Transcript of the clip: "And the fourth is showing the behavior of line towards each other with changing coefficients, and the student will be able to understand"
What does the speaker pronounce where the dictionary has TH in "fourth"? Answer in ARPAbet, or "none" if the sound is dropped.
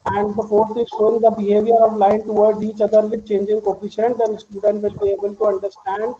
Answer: T